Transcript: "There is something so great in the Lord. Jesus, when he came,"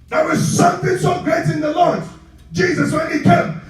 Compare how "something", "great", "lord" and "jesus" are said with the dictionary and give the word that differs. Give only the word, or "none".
none